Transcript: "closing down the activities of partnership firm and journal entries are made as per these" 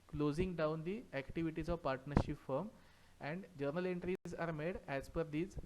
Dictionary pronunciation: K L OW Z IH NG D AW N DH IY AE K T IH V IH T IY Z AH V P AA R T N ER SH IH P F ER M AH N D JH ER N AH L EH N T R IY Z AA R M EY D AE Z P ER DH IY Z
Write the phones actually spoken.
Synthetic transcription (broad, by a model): K L OW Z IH NG D AW N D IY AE K T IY V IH T IY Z AH V P AA R T N ER SH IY P F ER M AH N D JH ER N AH L EH N T R IY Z AA R M EY D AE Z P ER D IY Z